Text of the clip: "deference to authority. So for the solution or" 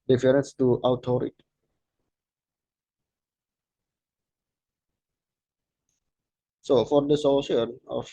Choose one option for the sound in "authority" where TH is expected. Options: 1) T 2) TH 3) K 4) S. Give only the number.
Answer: 1